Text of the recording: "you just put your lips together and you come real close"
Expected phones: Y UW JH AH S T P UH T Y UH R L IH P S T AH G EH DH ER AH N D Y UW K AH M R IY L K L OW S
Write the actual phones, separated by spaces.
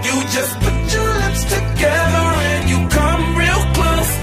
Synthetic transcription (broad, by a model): Y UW JH AH S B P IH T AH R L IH S T AH G EH DH ER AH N Y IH K AH M R IY L K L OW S